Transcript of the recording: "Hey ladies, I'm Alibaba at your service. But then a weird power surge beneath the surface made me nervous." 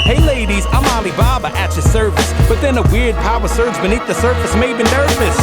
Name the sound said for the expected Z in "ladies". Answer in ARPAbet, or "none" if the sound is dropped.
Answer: Z